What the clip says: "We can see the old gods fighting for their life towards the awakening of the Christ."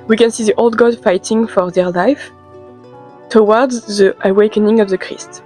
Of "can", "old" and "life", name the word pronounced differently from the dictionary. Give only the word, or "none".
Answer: none